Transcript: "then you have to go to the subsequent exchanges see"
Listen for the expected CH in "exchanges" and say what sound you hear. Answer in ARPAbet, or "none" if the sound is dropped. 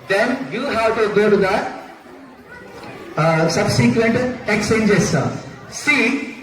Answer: none